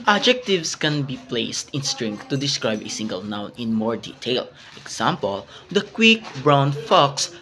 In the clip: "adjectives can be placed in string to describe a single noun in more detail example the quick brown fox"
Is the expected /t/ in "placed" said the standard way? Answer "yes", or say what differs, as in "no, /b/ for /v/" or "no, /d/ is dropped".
yes